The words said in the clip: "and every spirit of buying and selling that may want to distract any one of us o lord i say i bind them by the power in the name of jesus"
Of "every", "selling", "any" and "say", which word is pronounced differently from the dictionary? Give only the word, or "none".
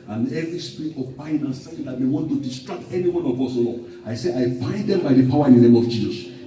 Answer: selling